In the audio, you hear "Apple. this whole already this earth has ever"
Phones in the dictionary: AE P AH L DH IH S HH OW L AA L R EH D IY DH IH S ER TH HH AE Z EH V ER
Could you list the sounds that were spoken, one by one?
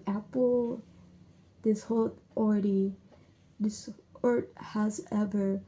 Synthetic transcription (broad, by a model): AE P L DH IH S HH OW L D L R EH D IY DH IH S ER T HH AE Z EH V ER